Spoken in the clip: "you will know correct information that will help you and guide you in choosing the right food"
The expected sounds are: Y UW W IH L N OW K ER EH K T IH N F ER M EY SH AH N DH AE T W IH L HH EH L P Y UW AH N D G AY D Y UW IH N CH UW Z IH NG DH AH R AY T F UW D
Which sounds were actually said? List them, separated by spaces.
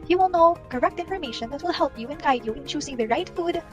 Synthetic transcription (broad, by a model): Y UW W IH L N OW K ER EH K T IH N F ER M EY SH AH N DH AE T W IH L HH EH L P Y UW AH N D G AY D Y UW IH N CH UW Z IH NG DH AH R AY T F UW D